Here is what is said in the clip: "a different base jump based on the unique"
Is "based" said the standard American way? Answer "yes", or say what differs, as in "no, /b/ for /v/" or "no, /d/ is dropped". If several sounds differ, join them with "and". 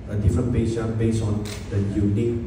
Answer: no, /t/ is dropped